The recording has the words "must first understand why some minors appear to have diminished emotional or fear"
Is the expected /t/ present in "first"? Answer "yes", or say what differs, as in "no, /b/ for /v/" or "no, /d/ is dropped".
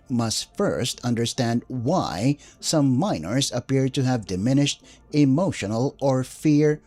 yes